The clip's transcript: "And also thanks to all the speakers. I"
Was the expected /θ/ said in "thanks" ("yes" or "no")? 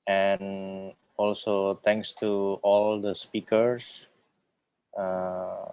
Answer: no